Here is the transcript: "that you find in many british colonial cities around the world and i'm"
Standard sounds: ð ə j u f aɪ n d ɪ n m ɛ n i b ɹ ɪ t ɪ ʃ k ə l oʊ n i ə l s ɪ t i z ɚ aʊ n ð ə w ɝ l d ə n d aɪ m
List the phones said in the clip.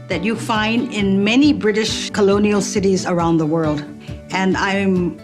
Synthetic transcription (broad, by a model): ð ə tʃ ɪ f aɪ n d ɪ n m ɛ n i b ɹ ɪ t ɪ ʃ k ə l oʊ n i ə l s ɪ t i z ɚ aʊ n ð ə w ɝ l d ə n aɪ m